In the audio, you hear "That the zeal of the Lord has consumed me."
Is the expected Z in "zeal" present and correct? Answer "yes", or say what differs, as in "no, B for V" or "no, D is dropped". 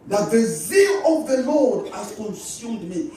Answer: yes